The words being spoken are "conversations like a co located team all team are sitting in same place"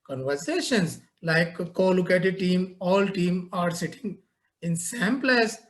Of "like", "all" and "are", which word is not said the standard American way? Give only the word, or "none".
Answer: like